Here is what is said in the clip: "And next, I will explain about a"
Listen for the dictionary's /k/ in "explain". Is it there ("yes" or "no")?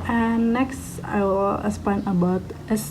no